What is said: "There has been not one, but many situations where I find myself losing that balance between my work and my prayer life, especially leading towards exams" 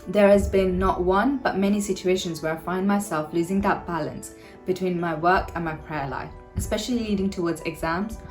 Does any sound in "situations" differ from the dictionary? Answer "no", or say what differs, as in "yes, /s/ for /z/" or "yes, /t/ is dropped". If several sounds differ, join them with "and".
no